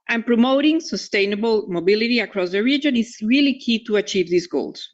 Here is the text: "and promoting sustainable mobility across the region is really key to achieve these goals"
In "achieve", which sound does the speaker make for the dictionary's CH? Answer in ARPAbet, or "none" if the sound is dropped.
CH